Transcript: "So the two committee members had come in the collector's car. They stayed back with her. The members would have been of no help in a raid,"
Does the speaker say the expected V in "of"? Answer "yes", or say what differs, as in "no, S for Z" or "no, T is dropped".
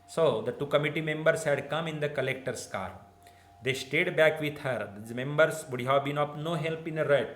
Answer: no, P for V